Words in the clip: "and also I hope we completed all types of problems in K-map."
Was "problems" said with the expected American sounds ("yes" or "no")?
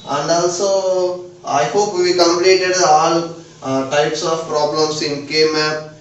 no